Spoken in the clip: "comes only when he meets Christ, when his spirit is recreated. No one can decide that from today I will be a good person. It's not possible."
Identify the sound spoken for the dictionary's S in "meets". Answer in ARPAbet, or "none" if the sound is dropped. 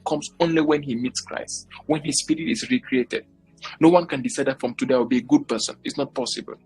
S